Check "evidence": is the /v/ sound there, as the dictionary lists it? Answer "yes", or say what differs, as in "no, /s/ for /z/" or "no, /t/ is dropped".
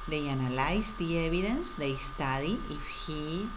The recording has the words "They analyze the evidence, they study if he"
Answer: no, /b/ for /v/